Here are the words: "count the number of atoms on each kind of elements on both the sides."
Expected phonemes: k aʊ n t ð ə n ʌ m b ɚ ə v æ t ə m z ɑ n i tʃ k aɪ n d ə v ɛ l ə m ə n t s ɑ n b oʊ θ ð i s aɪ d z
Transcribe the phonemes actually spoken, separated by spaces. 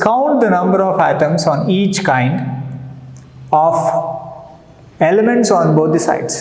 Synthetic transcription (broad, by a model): k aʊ n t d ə n ʌ m b ɚ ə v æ t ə m s ɑ n i tʃ k aɪ n d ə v ɛ l ə m ə n t s ɑ n b oʊ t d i s aɪ d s